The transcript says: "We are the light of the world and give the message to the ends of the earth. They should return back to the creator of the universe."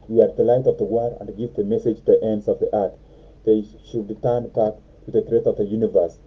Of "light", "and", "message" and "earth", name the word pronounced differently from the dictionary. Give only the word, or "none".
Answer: earth